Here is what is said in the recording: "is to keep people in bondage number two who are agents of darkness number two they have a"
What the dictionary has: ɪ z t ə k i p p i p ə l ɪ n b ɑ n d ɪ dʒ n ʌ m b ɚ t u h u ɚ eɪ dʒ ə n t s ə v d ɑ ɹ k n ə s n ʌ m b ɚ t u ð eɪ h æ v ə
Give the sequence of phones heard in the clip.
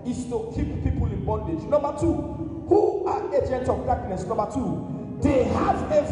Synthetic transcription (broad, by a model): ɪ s t ə k i p p i p ə l ɪ n b ɑ n d ɪ dʒ n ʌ m b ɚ t u h u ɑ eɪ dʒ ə n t ə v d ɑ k n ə s n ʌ m b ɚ t u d eɪ h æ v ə